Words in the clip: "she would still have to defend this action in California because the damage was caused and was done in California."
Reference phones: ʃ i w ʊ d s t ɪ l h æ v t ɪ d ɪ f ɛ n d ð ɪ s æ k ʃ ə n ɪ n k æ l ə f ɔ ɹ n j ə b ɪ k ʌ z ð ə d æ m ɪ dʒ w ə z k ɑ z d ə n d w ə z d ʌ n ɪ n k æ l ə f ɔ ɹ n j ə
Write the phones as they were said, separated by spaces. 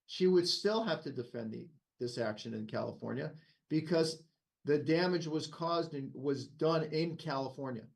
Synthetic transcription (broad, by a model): ʃ i w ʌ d s t ɪ l h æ f t ɪ d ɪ f ɛ n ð ð ɪ s æ k ʃ ə n ɪ n k æ l ə f ɔ ɹ n j ə b ɪ k ʌ z ð ə d æ m ɪ dʒ w ə z k ɑ z d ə n w ə z d ʌ n ɪ n k æ l ə f ɔ ɹ n j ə